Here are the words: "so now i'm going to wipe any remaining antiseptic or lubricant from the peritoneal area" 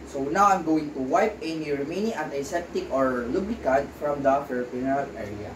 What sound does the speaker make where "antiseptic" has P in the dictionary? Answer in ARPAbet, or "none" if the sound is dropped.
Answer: none